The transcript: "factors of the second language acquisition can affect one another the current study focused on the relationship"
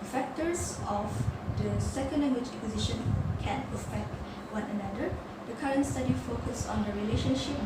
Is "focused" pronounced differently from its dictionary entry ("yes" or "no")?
yes